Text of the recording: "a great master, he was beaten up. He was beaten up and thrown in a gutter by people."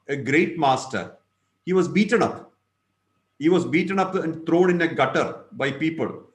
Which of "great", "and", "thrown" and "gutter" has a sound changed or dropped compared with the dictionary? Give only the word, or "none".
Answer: thrown